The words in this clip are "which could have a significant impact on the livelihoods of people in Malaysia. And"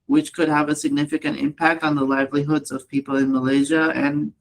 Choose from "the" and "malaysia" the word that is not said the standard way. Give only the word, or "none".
none